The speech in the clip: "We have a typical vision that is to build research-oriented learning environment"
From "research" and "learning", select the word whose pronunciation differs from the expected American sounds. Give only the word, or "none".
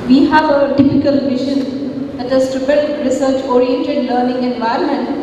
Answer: none